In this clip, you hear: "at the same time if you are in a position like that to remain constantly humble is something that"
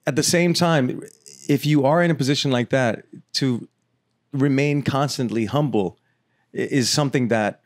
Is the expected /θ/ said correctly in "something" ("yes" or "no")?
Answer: yes